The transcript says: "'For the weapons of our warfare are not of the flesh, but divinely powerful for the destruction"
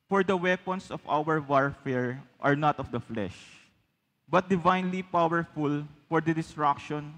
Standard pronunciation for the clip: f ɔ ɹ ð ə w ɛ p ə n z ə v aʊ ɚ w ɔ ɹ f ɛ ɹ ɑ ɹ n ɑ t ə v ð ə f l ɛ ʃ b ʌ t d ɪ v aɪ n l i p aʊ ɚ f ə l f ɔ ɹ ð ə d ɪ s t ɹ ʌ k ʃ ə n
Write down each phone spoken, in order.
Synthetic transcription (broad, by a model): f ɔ ɹ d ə w ɛ p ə n s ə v aʊ ɚ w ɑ ɹ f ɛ ɹ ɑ ɹ n ɑ t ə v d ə f l ɛ ʃ b ʌ t d ɪ v aɪ n l i p aʊ ɚ f ə l f ɔ ɹ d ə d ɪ s t ɹ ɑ k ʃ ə n